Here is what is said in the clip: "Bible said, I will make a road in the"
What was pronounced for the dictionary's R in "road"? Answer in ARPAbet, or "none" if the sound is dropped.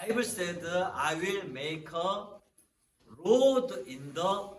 R